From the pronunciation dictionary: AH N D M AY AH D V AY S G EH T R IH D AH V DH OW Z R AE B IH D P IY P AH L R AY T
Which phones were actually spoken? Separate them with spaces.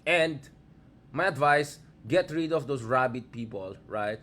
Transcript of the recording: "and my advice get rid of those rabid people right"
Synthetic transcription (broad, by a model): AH N D M AY AH D V AY S G EH T R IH D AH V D OW S R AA B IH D P IY P AH L R AY T